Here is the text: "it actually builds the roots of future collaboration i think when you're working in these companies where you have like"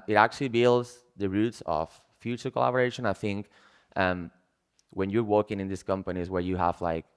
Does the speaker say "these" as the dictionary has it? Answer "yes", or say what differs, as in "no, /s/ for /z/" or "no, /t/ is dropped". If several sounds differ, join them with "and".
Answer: no, /s/ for /z/